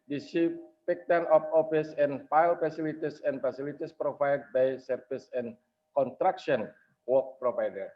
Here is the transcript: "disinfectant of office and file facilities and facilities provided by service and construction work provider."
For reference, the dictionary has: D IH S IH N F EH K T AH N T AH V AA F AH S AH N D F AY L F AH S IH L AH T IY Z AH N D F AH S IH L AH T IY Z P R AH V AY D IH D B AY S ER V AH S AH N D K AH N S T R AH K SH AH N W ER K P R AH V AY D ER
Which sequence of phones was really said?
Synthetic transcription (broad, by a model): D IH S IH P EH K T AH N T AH F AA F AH S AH N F AY L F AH S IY L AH T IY S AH N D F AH S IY L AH T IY S P R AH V AY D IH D B AY S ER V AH S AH N K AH N T R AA K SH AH N W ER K P R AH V AY D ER